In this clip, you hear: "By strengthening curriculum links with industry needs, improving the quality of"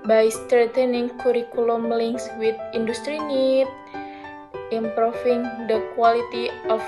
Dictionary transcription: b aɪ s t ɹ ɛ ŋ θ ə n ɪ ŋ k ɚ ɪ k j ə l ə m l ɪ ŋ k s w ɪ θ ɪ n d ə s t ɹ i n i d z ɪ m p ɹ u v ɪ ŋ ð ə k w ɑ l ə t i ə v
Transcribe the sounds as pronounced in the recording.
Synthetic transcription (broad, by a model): b aɪ s t ɹ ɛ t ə n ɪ ŋ k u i k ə l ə m l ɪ ŋ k s w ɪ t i n d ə s t ɹ i n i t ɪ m p ɹ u f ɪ ŋ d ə k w ɑ l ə t i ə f